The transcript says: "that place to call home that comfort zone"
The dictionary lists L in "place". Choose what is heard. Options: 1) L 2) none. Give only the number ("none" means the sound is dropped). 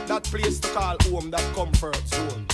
1